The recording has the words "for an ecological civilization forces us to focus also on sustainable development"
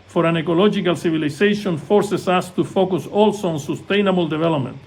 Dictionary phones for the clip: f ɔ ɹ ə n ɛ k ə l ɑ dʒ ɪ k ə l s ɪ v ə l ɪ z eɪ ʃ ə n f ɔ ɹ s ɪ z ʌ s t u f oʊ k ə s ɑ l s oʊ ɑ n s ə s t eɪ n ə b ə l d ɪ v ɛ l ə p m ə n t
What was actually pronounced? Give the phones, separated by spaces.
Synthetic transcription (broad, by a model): f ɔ ɹ ə n ɛ k ə l ɑ dʒ ɪ k ə l s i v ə l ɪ s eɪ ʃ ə n f ɔ ɹ s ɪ s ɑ s t u f oʊ k ə s ɑ l s oʊ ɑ n s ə s t eɪ n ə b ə l d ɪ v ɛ l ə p m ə n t